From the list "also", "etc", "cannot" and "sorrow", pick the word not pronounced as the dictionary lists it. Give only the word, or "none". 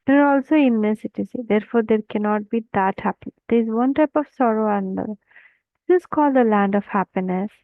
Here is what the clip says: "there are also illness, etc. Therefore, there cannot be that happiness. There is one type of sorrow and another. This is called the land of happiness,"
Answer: etc